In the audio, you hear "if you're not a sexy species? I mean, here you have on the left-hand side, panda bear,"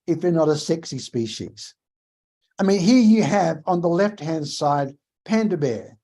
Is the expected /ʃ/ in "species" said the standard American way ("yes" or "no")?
yes